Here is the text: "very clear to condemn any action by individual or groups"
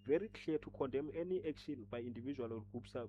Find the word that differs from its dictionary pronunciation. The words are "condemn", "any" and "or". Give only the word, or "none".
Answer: or